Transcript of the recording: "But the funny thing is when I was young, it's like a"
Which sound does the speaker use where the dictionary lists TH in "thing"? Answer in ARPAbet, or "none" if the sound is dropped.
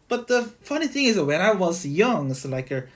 TH